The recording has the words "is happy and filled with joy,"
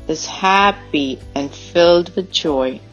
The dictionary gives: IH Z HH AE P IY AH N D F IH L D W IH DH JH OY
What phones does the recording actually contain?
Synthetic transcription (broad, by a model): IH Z HH AE P IY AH N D F IH L D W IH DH JH OY